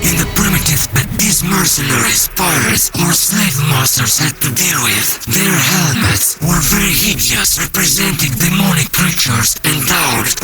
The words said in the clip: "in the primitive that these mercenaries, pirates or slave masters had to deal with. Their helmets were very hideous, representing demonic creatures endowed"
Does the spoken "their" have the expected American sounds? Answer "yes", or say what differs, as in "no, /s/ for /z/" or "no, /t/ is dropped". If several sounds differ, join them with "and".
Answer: yes